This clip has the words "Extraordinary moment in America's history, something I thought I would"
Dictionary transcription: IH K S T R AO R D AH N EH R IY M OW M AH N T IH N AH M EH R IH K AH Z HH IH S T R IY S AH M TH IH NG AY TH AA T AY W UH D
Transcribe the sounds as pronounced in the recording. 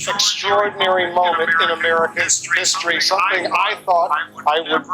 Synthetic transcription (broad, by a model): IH K S T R AO R D N EH R IY M OW M AH N T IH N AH M EH R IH K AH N HH IH S T R IY S AH M TH IH NG AY TH AA T AY W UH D